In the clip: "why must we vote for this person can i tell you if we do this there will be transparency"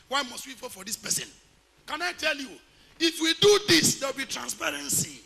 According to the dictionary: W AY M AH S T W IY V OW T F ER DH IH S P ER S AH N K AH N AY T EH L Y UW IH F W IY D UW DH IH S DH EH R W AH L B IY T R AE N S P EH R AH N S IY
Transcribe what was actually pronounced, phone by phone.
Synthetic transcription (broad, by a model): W AY M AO S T W IY F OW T F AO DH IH S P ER S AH N K AH N AY T EH L Y UW IH F W IY D UW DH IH S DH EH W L B IY T R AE N S P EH R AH N S IY